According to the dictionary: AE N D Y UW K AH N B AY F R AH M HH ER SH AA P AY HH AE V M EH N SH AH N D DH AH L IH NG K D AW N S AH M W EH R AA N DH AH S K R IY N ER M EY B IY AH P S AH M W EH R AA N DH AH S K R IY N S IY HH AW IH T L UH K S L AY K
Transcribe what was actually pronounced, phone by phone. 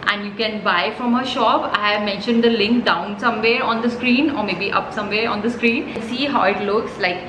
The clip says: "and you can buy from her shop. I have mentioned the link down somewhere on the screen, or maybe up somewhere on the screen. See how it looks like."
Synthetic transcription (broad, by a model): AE N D Y UW K AH N B AY F R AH M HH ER SH AA P AY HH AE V M EH N SH AH N D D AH L IH NG K D AW N S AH M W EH R AA N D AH S K R IY N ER M EY B IY AH P S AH M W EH R AA N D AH S K R IY N S IY HH AW IH T L UH K S L AY K